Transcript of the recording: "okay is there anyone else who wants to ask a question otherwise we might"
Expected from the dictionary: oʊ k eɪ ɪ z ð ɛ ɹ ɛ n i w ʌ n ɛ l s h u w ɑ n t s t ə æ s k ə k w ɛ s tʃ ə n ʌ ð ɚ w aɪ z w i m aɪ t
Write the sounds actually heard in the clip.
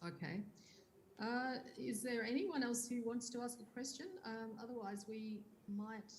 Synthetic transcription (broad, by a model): oʊ k eɪ ɪ z ð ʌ ɹ ɛ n i w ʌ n ɛ l s h u w ɑ n t s t ə æ s k ə k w ɛ s tʃ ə n ʌ ð ɚ w aɪ z w i m aɪ t